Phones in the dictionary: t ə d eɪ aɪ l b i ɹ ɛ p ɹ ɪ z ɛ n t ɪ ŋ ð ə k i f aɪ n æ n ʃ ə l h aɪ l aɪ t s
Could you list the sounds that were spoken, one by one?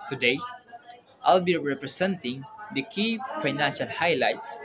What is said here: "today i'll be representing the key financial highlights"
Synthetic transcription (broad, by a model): t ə d eɪ aɪ l b i ɹ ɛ p ɹ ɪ s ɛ n t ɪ ŋ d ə k i f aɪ n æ n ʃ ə l h aɪ l aɪ t s